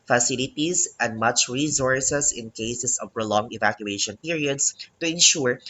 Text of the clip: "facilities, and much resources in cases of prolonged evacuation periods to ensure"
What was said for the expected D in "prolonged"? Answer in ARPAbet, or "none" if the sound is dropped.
none